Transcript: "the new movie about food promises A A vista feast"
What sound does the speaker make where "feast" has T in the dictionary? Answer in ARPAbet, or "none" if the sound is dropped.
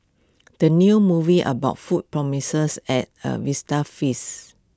none